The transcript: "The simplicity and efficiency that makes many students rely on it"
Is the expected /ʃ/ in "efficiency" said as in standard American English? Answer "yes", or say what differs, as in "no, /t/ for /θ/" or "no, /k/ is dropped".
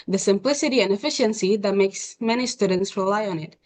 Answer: yes